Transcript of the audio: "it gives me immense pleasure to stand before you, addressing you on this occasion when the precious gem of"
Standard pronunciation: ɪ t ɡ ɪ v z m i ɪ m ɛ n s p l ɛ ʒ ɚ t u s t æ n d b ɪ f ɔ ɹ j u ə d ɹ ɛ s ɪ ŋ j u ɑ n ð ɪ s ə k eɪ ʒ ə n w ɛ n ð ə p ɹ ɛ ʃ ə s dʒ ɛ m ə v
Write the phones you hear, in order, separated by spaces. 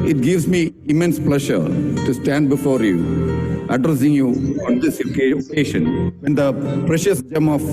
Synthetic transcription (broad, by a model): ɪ t ɡ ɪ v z m i ɪ m ɛ n s p l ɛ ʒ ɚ t u s t æ n d b ɪ f ɔ ɹ j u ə d ɹ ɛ s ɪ ŋ j u ɑ n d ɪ s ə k eɪ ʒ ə n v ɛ n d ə p ɹ ɛ ʃ ə s dʒ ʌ m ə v